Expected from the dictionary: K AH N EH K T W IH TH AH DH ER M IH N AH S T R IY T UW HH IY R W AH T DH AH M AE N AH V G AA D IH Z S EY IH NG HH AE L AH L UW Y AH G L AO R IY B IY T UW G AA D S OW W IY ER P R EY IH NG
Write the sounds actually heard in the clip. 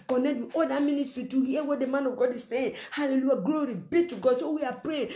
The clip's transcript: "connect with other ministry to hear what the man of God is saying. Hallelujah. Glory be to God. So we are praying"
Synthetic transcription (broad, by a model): K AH N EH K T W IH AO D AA M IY N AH S T R IY T UW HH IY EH W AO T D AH M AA N AH V G AA D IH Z S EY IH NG HH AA L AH L UW Y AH G L AO R IY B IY T UW G AA D S OW W IY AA P R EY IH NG